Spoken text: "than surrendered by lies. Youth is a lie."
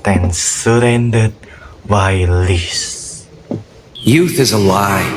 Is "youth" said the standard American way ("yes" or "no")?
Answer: yes